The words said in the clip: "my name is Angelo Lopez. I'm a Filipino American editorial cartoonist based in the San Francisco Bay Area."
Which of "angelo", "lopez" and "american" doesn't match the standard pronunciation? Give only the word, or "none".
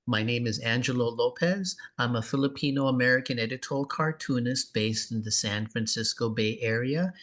none